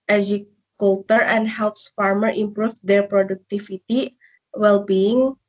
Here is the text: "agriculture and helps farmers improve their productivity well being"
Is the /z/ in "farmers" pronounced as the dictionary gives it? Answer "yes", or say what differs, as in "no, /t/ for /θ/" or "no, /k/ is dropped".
no, /z/ is dropped